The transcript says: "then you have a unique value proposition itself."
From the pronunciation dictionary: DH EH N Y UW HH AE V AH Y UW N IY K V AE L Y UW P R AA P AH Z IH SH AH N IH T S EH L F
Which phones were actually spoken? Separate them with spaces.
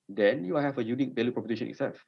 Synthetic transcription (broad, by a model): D EH N Y UW HH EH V AH Y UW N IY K B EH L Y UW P R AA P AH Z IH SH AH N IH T S EH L F